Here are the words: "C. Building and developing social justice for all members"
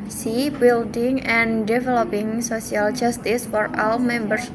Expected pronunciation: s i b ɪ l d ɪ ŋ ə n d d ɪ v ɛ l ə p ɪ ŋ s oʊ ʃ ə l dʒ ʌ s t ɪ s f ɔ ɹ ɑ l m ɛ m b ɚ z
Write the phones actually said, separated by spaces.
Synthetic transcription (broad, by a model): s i b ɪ l d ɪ ŋ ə n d d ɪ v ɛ l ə p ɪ ŋ s oʊ s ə l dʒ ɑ s t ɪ s f ɔ ɹ ɑ l m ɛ m b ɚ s